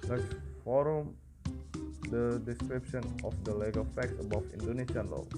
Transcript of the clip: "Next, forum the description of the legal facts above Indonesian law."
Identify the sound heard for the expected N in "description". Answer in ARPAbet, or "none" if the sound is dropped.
N